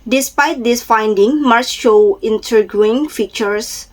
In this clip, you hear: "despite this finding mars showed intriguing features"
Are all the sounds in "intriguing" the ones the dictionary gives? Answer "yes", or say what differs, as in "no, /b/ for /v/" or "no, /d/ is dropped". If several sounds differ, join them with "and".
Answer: no, /ɹ/ is dropped